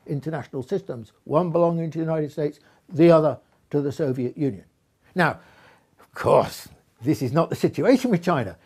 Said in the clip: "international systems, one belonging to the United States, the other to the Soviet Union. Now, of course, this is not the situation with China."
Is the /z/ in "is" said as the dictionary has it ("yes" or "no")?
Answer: yes